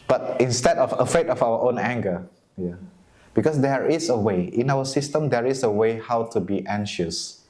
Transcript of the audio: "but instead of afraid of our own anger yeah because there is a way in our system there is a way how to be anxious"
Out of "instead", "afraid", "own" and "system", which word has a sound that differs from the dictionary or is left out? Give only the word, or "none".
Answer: afraid